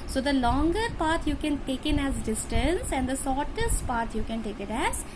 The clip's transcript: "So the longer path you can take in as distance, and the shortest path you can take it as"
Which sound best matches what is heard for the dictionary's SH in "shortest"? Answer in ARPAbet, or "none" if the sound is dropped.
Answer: S